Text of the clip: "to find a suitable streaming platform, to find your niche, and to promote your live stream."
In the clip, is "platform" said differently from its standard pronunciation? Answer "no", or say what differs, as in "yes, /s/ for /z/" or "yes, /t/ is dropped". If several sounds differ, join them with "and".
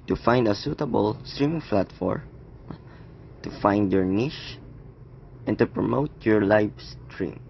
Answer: yes, /f/ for /p/